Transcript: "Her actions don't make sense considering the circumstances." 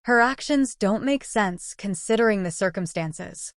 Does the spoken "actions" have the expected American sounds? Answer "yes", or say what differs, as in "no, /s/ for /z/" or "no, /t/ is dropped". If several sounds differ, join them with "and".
yes